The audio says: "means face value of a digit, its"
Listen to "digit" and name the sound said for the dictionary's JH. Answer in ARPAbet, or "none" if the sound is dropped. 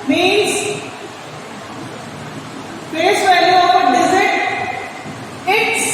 Z